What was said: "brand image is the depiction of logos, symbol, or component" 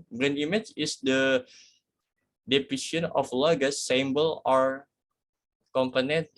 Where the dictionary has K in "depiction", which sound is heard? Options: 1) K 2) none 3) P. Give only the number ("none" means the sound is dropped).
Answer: 2